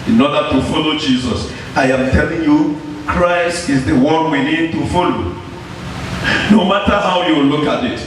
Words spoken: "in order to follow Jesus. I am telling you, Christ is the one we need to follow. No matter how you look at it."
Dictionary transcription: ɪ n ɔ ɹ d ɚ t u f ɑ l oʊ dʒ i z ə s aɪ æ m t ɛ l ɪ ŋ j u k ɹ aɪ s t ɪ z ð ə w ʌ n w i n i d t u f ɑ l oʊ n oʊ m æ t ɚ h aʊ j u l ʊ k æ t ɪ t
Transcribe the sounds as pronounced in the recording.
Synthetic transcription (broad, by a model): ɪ n ɔ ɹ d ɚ t u f ɑ l oʊ dʒ i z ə s aɪ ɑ m t ɛ l ɪ ŋ j u k ɹ aɪ s t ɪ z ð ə w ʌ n w i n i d t u f ɑ l oʊ n oʊ m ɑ t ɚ h aʊ j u l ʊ k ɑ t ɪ t